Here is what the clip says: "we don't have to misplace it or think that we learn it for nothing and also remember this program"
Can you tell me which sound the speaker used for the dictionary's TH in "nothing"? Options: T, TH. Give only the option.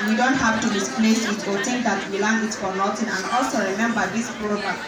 T